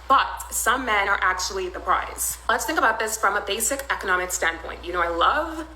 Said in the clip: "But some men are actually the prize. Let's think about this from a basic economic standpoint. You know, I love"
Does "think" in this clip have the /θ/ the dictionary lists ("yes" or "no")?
yes